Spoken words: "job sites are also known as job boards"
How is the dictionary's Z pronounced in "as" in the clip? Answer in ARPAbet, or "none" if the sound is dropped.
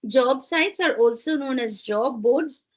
Z